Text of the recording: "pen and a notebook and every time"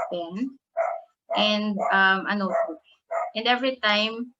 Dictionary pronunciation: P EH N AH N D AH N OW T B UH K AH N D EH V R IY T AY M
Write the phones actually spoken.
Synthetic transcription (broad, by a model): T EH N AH N D AH N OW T UH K AH N D EH V R IY T AY M